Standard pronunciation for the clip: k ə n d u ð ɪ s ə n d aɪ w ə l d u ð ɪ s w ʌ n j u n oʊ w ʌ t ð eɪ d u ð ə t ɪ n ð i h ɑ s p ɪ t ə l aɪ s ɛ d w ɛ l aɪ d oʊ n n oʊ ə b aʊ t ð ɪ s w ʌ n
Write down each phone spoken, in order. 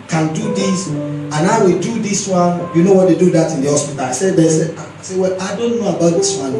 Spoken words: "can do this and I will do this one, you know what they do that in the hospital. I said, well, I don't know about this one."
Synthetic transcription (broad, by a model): k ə n d u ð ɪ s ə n aɪ w ə l d u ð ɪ s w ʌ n j u n oʊ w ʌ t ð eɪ d u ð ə t ɪ n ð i h ɑ s p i t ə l aɪ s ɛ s w ɛ l aɪ d oʊ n n oʊ ə b aʊ t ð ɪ s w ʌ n